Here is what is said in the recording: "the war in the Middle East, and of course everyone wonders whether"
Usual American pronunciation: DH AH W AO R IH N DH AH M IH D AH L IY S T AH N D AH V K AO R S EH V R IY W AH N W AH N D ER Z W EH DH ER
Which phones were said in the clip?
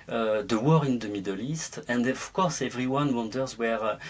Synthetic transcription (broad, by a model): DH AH W AO R IH N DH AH M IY D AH L IY S T AH N D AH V K AO R S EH V R IY W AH N W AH N D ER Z W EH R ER